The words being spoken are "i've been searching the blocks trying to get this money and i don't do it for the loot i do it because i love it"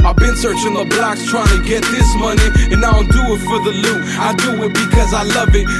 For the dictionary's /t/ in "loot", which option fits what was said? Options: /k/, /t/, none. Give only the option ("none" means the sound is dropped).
none